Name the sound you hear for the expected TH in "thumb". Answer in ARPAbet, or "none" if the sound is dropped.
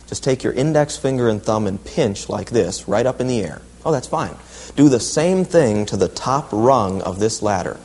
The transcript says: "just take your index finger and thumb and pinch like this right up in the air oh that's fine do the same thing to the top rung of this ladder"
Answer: TH